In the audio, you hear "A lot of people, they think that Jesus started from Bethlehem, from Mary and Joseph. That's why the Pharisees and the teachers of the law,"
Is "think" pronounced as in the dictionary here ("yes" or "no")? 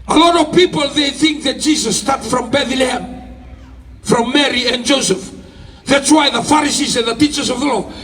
yes